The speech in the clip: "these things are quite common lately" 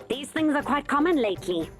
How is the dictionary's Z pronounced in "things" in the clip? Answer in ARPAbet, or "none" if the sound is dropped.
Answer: Z